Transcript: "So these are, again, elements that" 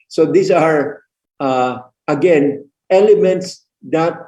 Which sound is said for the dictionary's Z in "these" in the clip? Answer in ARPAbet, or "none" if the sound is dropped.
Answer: S